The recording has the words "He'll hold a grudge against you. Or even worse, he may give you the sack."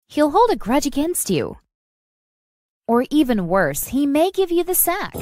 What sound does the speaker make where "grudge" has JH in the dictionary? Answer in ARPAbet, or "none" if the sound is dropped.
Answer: JH